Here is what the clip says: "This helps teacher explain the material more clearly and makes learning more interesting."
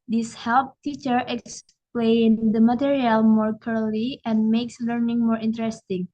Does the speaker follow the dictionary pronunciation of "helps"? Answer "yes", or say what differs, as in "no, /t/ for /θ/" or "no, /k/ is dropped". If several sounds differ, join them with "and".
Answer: no, /s/ is dropped